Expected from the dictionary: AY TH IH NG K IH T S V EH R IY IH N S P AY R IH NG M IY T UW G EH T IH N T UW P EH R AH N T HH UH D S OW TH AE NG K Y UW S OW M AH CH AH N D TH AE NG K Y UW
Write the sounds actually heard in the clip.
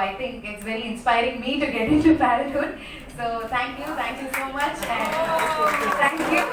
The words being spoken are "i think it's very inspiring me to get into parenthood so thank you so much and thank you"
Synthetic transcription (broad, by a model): AY T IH NG K IH T S V EH R IY IH N S P AY R IH NG M IY T UW G EH T IH N T UW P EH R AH T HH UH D S OW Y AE NG K Y UW S OW M AH CH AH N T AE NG K Y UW